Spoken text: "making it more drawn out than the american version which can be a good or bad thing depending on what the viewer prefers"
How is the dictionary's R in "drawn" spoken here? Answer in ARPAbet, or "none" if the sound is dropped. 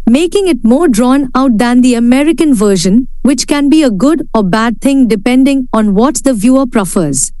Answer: R